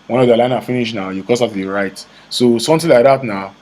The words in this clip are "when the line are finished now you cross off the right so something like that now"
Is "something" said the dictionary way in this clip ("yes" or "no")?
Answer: no